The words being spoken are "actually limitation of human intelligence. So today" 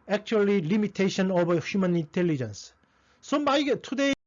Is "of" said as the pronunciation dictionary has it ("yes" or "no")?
no